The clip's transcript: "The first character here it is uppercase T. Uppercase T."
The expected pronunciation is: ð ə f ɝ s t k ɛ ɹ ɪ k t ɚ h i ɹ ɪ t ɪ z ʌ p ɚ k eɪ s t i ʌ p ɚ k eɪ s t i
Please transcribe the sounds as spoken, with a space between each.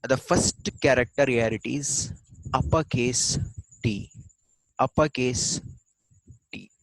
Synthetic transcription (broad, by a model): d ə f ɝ s t k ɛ ɹ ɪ k t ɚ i l ɪ t ɪ z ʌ p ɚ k eɪ s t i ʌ p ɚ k eɪ s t i